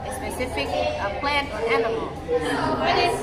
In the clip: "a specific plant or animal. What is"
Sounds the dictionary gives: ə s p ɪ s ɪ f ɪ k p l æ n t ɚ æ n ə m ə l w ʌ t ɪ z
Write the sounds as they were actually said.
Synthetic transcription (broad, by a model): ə s p ɪ s ɪ f ɪ k p l æ n t ɚ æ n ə m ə l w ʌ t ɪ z